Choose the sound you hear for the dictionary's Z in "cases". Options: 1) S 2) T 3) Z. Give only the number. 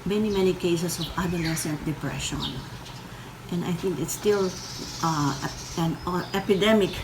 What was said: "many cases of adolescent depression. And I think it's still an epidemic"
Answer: 1